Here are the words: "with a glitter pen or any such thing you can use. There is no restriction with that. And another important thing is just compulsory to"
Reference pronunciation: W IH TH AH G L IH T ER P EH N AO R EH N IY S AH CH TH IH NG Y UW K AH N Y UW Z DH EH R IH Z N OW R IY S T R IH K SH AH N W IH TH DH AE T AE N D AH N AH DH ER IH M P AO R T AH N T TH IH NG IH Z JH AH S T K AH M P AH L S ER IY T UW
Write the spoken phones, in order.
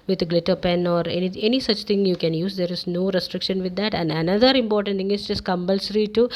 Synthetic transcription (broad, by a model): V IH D G L IH T ER P EH N AO R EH N IY S AH CH T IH NG Y UW K AH N Y UW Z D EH R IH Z N OW R IY S T R IH K SH AH N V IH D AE T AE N D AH N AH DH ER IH M P AO R T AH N T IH NG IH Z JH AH S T K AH M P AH L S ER IY T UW